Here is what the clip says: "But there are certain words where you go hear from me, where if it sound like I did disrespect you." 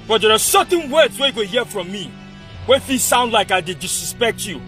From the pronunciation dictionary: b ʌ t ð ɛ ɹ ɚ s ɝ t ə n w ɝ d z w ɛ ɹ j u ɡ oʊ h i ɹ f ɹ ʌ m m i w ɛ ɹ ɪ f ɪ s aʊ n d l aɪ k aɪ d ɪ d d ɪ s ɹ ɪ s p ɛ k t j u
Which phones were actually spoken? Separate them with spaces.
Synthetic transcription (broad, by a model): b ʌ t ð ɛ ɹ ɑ s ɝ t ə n w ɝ d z w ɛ j u ɡ oʊ h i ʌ f ɹ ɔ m m i w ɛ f ɪ s aʊ n d l aɪ k aɪ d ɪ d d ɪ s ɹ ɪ s p ɛ k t j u